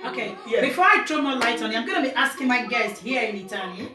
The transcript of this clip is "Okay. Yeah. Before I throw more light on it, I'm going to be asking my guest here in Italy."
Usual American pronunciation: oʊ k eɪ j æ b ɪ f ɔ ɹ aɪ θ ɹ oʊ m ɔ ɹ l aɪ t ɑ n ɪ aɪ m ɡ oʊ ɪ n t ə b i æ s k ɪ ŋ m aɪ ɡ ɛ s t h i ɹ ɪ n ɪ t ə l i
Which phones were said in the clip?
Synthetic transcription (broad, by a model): oʊ k eɪ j b ɪ f ɔ ɹ aɪ t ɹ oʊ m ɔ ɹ l aɪ t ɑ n ɪ aɪ m ɡ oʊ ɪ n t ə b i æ s k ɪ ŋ m aɪ ɡ ɛ s t h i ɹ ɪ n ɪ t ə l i